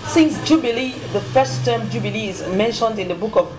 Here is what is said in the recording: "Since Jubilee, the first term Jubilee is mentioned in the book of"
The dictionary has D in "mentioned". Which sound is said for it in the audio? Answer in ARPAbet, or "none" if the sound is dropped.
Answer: D